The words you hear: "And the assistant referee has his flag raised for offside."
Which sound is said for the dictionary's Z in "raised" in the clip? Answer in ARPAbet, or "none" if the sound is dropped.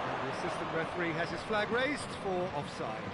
Z